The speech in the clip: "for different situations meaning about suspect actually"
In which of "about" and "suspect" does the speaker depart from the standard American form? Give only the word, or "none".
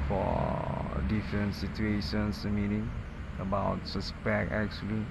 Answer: suspect